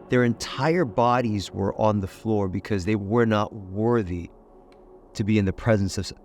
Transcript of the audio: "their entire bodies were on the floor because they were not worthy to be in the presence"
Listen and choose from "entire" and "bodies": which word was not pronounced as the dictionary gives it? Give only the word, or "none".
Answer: none